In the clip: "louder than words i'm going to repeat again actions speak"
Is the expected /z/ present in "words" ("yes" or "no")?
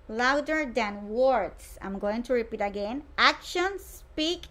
no